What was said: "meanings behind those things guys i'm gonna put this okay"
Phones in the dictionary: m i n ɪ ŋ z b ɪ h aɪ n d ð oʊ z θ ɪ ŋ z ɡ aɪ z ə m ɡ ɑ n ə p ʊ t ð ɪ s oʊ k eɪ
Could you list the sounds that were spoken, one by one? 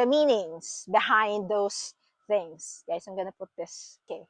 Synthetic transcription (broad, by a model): m i n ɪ ŋ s b ɪ h aɪ n d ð oʊ s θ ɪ ŋ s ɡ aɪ s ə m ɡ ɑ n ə p ʊ t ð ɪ s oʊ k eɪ